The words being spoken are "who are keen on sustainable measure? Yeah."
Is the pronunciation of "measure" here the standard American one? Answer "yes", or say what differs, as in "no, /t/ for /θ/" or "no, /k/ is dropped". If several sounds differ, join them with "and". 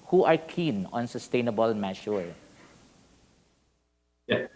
no, /ʃ/ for /ʒ/